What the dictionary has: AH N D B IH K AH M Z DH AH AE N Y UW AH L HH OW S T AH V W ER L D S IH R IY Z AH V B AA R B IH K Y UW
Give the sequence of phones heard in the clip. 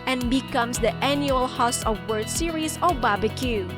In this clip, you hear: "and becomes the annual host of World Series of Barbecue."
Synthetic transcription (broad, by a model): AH N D B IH K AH M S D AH AE N Y UW AH L HH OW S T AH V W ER D S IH R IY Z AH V B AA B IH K Y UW